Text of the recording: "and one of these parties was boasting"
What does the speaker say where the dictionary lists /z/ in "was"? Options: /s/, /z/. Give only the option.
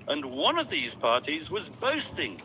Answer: /z/